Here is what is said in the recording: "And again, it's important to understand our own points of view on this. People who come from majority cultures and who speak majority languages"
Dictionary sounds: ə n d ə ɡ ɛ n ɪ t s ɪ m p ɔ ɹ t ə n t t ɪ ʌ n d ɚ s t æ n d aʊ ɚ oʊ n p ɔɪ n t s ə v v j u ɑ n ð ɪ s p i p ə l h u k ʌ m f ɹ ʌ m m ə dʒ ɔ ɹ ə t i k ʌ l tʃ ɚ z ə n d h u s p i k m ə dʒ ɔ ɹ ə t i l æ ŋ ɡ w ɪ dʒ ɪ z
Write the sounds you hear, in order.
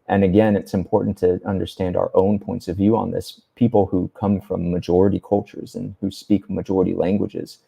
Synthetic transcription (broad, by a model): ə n ə ɡ ɛ n ɪ t s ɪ m p ɔ ɹ t n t t ɪ ʌ n d ɚ s t æ n d aʊ ɚ oʊ n p ɔɪ n t s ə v v j u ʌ n ð ɪ s p i p l h u k ʌ m f ɹ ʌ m m ə dʒ ɔ ɹ ə t i k ʌ l tʃ ɚ z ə n h u s p i k m ə dʒ ɔ ɹ ə t i l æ ŋ ɡ w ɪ dʒ ɪ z